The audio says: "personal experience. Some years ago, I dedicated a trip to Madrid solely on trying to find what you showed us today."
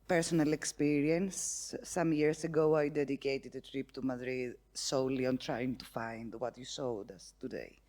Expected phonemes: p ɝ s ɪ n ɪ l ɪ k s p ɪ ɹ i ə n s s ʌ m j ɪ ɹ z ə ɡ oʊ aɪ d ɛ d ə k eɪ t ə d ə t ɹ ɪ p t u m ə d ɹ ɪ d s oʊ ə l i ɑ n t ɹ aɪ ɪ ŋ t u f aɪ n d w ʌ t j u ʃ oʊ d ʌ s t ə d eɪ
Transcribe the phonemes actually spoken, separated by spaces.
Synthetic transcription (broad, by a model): p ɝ s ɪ n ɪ l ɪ k s p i ɹ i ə n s s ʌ m j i ɹ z ə ɡ oʊ aɪ d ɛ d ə k eɪ t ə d ə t ɹ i p t u m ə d ɹ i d s oʊ l i ɑ n t ɹ aɪ ɪ ŋ t u f aɪ n d w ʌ t j u s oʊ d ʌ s t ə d eɪ